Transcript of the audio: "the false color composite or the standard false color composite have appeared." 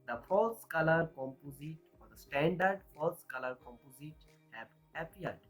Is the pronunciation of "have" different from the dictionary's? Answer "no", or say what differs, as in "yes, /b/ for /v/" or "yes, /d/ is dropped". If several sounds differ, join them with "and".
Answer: yes, /p/ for /v/